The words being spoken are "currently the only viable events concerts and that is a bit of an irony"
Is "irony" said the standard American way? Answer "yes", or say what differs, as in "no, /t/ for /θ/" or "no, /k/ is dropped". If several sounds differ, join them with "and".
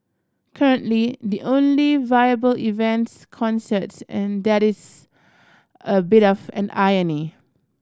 no, /ɹ/ is dropped